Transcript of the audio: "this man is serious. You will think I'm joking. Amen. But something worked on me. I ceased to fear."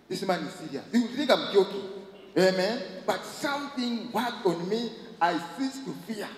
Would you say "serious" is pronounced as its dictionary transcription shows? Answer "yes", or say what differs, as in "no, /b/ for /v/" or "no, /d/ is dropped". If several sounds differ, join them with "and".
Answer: no, /ɹ/ is dropped and /s/ is dropped